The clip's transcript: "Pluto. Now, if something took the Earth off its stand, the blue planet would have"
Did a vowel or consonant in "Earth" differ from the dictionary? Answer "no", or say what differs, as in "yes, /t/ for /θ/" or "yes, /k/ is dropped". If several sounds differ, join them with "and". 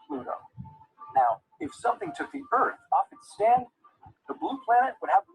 no